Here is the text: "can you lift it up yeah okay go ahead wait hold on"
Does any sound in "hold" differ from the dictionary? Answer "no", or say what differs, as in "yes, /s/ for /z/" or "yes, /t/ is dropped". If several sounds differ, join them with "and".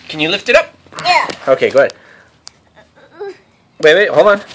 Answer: yes, /d/ is dropped